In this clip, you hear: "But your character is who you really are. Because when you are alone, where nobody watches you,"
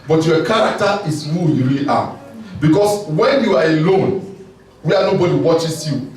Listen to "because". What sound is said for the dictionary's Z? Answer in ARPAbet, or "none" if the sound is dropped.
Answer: S